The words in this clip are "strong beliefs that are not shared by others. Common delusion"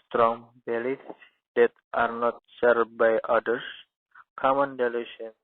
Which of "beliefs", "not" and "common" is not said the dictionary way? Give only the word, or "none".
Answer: beliefs